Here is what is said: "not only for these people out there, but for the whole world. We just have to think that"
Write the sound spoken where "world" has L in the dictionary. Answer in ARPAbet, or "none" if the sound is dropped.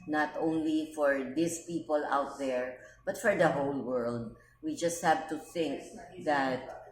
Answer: L